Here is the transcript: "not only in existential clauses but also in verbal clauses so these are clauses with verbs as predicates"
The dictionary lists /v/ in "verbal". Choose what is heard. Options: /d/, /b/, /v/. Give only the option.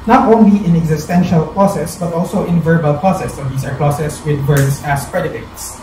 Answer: /v/